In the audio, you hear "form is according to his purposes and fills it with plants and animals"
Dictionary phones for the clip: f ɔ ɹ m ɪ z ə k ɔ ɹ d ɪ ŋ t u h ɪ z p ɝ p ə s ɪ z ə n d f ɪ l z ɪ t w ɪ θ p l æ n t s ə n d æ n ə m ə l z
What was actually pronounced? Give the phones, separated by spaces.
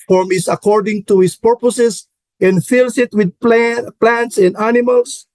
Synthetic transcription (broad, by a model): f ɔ ɹ m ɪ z ə k ɔ ɹ d ɪ ŋ t u h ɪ s p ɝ p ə s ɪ s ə n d f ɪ l s ɪ t w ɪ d p l æ n t s ə n d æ n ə m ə l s